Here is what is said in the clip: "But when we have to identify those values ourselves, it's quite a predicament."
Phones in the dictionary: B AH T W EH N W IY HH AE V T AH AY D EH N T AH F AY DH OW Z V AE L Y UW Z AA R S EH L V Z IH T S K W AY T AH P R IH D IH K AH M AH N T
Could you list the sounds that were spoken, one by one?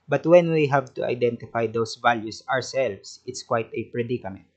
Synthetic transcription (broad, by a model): B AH T W EH N W IY HH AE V T AH AY D EH N T AH F AY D OW S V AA L Y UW S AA R S EH L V S IH T S K W AY T AH P R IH D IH K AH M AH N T